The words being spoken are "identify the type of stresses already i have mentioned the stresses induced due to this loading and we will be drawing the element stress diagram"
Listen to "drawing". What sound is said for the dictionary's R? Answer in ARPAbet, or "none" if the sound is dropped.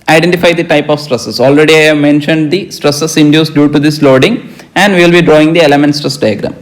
R